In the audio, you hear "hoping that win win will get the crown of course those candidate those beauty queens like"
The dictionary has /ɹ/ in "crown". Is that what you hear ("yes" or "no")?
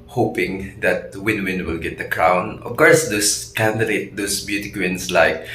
yes